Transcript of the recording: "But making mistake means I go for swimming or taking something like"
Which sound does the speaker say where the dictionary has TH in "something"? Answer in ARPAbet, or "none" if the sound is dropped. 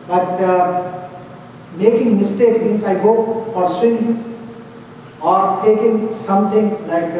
T